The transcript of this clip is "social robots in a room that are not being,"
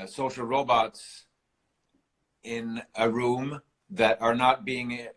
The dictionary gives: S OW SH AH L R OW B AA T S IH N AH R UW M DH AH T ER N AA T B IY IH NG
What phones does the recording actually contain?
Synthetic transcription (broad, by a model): S OW SH L R OW B AA T S IH N AH R UW M DH AH T ER N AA T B IY IH NG